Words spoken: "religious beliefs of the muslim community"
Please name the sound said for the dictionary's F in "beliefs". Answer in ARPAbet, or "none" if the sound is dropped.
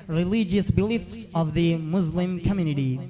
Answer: F